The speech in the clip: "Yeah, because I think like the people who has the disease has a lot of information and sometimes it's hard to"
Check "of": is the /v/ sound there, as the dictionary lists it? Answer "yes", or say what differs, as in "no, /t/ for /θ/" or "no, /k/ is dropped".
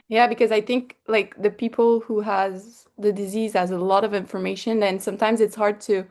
yes